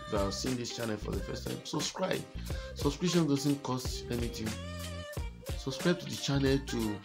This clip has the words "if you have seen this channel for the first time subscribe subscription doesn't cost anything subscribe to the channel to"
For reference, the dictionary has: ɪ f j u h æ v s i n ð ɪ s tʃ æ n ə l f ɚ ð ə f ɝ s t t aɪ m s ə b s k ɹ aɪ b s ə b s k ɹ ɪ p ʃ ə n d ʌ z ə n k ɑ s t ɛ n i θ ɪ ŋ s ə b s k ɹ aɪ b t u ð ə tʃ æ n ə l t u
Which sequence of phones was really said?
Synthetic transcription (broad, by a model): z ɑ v s i n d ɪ s tʃ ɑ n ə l f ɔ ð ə f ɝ s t t aɪ m s ə b s k ɹ aɪ b s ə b s k ɹ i ʃ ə n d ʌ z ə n k ɑ s t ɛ n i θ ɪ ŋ s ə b s k ɹ aɪ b t u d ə tʃ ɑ n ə l t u